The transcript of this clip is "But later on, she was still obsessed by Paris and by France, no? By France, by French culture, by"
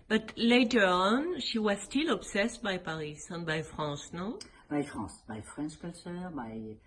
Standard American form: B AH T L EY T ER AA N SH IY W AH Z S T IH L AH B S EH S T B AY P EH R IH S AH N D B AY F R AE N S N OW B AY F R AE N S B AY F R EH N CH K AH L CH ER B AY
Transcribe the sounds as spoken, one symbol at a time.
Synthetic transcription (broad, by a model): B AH T L EY T ER AA N SH IY W AH Z S T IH L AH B S EH S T B AY P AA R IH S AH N B AY F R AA S N OW B AY F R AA S B AY F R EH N SH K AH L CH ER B AY